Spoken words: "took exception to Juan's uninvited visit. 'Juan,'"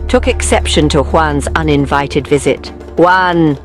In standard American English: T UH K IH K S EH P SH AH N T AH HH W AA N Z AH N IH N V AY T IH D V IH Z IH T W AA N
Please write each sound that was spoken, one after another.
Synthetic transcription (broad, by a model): T UH K IH K S EH P SH AH N T AH HH W AA N Z AH N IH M V AY T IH D V IH Z IH T W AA N